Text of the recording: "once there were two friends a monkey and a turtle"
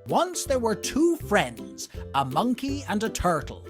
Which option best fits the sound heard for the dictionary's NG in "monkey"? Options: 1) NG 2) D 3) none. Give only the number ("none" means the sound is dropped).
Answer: 1